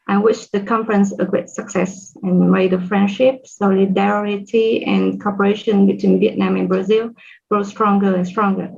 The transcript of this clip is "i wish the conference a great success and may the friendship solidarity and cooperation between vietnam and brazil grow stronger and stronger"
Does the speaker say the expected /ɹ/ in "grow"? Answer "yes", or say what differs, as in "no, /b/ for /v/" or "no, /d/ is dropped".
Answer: yes